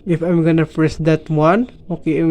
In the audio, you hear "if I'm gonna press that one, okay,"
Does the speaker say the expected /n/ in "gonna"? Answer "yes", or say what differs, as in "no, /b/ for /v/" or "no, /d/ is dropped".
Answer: yes